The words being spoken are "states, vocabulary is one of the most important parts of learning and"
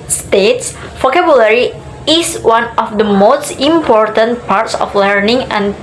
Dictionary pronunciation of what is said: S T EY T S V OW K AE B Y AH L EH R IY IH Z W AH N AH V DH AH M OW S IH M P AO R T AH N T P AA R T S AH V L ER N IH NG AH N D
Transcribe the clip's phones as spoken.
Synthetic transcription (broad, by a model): S T EY T S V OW K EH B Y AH L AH R IY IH S W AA N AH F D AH M OW S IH M P AO R T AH N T P AA R T S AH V L ER N IH NG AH N